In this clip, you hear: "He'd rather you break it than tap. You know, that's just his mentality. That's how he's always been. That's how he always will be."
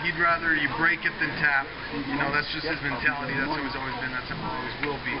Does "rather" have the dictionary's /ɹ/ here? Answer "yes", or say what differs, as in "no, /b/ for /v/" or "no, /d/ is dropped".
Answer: yes